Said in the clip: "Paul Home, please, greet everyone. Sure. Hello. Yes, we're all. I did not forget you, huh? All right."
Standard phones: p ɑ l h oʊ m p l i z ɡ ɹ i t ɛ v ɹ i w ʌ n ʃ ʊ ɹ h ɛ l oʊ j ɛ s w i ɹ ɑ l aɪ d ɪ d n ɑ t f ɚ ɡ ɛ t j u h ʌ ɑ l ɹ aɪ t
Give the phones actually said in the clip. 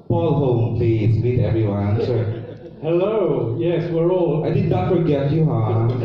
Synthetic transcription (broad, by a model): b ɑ l h oʊ m p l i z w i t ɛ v ɹ i w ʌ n s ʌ h ɛ l oʊ j ɛ s w i ɹ ɑ l aɪ d ɪ d n ɑ t f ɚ ɡ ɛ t j u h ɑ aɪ